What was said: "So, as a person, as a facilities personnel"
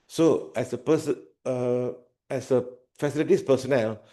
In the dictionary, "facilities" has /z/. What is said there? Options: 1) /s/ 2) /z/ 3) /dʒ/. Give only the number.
1